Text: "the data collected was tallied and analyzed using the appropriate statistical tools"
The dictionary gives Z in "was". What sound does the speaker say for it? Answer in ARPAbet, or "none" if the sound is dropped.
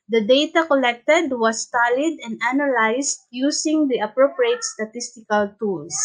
S